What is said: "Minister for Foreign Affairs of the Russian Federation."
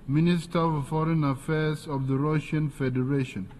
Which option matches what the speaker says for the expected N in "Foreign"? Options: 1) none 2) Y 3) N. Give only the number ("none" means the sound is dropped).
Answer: 3